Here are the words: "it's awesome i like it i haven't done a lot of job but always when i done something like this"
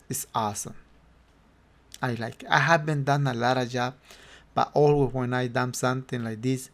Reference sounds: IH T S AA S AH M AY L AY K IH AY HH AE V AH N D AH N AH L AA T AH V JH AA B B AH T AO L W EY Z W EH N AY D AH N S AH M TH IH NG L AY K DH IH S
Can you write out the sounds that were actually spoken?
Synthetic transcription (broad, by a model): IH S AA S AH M AY L AY K AY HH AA B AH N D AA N AH L AA T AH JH AA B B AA T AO L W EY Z W EH N AY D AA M S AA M T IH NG L AY K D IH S